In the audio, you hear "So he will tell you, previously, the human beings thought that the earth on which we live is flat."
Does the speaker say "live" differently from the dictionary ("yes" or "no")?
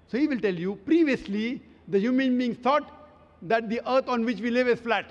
no